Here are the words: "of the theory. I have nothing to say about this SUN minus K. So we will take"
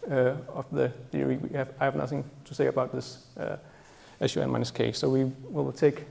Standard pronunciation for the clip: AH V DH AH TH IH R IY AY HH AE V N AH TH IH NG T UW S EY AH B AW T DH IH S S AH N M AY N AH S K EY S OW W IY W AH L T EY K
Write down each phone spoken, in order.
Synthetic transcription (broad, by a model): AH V DH AH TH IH R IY AY HH AE V N AH TH IH NG T UW S EY AH B AW T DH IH S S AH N M AY N AH S K EY S OW W IY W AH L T EY K